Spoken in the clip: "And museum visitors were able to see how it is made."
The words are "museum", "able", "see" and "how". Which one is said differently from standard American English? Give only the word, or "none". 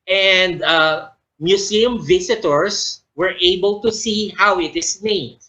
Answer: museum